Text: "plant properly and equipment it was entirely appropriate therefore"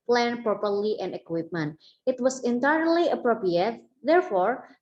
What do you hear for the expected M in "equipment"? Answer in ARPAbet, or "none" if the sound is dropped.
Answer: M